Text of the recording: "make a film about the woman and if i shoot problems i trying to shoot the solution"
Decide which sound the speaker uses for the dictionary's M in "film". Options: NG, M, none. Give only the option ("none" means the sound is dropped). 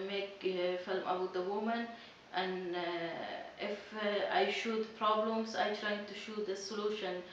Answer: M